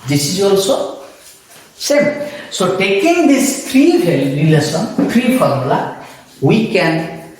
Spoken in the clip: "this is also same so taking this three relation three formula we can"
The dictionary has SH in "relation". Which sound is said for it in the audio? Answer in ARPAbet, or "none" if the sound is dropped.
S